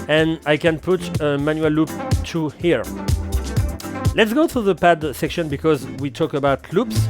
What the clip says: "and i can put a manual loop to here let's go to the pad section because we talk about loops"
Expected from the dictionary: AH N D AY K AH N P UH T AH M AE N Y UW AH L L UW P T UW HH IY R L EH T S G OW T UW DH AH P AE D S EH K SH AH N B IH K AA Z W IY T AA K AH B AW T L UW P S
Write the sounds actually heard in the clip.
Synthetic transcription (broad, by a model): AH N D AY K AH N P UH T AH M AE N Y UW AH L L UW P T UW HH IY R L EH T S G OW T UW DH AH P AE D S EH K SH AH N B IH K AA Z W IY T AA K AH B AW T L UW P S